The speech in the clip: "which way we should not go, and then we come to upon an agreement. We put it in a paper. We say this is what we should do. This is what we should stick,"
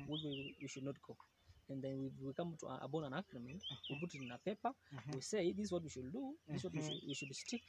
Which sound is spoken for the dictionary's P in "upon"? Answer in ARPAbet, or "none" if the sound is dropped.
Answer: B